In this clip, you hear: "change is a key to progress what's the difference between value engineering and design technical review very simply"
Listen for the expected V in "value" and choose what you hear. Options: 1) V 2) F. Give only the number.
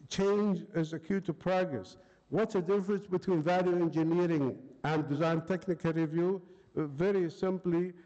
1